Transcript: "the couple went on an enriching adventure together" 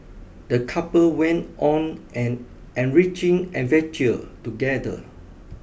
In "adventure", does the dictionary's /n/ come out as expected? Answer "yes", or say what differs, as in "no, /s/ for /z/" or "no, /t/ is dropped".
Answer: no, /n/ is dropped